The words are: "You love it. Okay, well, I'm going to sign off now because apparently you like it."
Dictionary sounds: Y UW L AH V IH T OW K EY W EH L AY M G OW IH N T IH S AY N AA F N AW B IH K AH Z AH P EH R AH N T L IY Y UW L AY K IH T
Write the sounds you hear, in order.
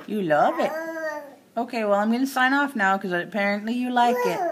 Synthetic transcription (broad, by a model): Y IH L AH V IH T OW K EY W EH L AY M G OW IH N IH S AY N AA F N AW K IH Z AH AH P EH R AH N T L IY Y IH L AY K IH T